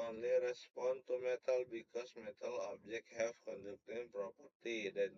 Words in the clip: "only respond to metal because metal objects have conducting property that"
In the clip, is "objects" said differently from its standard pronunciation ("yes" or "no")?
yes